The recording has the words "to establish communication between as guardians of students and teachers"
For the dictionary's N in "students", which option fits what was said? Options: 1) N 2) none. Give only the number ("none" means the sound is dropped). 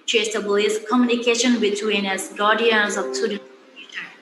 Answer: 2